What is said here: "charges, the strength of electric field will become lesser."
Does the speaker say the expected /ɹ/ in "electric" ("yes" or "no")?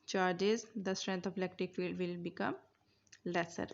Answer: no